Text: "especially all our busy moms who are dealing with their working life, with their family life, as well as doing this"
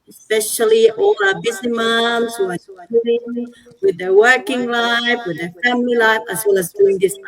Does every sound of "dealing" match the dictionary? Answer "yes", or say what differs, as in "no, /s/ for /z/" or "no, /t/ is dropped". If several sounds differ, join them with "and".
no, /l/ is dropped